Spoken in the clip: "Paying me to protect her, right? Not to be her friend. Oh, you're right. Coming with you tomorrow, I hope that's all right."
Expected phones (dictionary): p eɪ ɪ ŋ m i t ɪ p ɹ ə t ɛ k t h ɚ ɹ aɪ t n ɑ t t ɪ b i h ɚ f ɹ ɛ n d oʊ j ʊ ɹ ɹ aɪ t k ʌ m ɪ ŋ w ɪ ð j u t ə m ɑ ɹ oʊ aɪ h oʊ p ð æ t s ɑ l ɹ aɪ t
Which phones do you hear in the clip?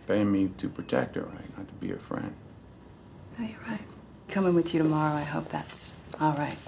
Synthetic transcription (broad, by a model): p eɪ ɪ m i t ɪ p ɹ ə t ɛ k t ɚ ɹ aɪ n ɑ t t ɪ b i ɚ f ɹ ɛ n d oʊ j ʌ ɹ ɹ aɪ t k ʌ m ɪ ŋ w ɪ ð j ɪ t ə m ɑ ɹ oʊ aɪ h oʊ p ð æ t s ɑ l ɹ aɪ t